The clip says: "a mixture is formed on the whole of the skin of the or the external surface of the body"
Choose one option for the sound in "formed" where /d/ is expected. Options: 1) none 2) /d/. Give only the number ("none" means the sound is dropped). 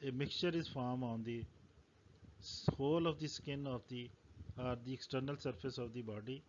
1